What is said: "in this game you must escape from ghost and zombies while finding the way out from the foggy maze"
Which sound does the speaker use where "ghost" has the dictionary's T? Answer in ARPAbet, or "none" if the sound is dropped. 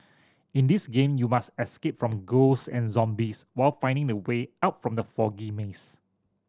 none